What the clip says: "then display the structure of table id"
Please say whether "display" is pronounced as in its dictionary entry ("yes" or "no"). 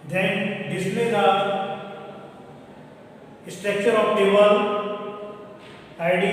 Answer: no